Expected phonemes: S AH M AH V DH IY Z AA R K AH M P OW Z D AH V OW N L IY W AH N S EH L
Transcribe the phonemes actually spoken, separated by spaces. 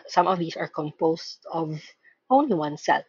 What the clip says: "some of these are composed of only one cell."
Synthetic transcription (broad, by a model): S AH M AH V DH IY S AA R K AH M P OW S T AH V OW N L IY W AH N S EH L